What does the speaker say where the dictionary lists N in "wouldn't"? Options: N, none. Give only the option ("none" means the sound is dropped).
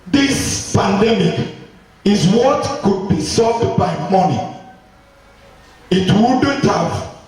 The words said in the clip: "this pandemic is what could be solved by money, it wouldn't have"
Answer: none